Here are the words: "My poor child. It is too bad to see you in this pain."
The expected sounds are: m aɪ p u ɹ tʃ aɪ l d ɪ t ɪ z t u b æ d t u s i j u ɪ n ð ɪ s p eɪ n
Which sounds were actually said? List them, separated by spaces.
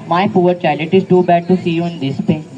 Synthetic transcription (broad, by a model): m aɪ p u ɹ tʃ aɪ l ɪ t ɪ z t u b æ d t u s i j u ɪ n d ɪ s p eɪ